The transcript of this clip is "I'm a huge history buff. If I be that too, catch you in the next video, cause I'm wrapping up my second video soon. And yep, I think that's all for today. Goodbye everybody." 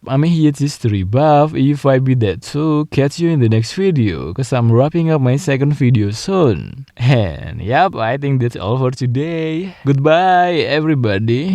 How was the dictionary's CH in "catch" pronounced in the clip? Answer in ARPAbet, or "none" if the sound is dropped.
S